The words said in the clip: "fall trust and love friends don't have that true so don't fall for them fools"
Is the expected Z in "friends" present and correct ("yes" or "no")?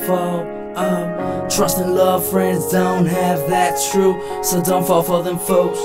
yes